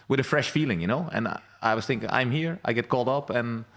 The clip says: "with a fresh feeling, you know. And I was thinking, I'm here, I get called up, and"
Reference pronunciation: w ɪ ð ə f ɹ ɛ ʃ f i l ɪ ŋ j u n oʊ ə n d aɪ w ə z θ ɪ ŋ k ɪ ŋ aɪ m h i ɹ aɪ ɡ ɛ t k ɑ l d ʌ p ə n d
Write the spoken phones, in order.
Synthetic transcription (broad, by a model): w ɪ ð ə f ɹ ɛ ʃ f i l ɪ ŋ j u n oʊ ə n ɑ aɪ w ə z θ ɪ ŋ k ɪ ŋ aɪ m h i ɹ aɪ ɡ ɛ t k ɑ l d ʌ p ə n